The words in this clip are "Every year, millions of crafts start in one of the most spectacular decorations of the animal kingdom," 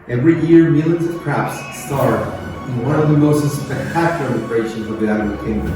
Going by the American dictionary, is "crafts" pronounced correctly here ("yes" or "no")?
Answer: no